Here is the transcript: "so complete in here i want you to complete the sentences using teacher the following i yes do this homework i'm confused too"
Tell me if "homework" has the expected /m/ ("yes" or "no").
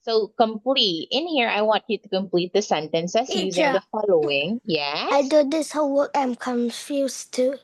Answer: no